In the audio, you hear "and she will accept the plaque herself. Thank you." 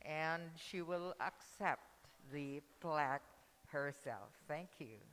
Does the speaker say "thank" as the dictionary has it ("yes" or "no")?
yes